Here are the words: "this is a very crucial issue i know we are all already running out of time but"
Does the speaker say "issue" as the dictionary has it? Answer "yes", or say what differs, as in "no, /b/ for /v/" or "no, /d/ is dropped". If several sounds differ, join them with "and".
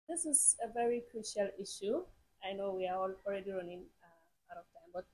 yes